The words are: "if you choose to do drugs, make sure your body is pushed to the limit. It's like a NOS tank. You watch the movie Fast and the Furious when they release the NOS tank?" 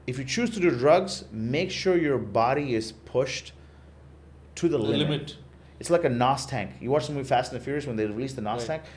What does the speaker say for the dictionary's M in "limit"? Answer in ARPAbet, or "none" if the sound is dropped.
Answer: none